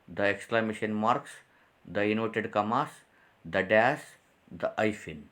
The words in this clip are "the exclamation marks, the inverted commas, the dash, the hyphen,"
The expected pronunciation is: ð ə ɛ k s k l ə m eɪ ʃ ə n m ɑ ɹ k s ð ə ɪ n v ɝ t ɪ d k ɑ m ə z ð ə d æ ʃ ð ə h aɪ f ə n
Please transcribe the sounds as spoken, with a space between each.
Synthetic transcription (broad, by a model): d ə ɛ k s k l ə m eɪ ʃ ə n m ɑ ɹ k s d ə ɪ n ɔ t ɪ d k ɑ m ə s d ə d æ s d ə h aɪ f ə n